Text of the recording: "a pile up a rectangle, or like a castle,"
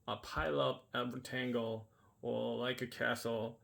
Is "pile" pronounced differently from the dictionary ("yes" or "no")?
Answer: no